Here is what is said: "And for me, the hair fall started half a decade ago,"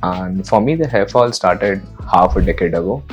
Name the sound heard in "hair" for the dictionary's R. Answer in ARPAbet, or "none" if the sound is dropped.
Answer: L